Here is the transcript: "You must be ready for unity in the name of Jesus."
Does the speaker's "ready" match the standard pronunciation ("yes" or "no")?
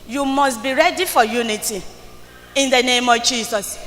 yes